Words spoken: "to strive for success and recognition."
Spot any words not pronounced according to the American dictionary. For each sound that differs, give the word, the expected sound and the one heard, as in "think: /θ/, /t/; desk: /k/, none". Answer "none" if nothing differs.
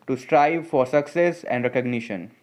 none